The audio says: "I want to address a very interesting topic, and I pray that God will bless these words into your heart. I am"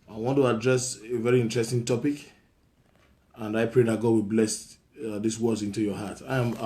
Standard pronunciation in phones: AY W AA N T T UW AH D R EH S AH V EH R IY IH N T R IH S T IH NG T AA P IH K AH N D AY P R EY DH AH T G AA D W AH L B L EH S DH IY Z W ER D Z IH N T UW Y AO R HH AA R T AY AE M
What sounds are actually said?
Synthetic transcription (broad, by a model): AY W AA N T T UW AH D R EH S AH V EH R IY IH N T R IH S T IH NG T AA P IH K AH N D AY P R EY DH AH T G AA D W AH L B L EH S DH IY S W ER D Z IH N T UW Y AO HH AA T AY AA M